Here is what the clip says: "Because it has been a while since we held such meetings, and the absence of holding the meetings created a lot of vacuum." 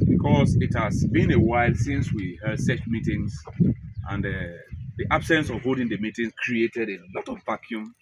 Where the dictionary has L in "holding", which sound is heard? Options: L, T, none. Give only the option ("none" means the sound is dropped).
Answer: none